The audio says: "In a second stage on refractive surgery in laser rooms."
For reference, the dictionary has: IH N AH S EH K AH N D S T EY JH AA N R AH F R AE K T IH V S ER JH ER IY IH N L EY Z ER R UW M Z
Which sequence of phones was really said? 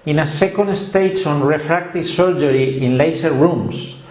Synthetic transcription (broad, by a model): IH N AH S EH K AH N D S T EY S AA N R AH F R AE K T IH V S ER JH ER IY IH N L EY S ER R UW M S